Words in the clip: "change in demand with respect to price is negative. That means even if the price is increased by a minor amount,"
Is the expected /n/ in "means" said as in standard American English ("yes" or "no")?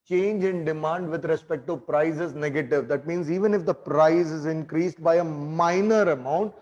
yes